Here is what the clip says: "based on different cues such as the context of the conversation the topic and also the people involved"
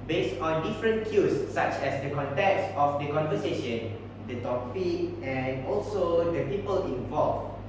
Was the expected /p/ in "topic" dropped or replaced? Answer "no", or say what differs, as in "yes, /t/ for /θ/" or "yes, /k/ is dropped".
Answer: yes, /f/ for /p/